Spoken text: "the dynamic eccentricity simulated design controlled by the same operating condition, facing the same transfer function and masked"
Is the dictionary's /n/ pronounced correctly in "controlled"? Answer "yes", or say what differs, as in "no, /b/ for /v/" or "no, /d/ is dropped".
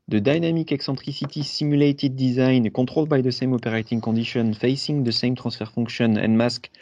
no, /n/ is dropped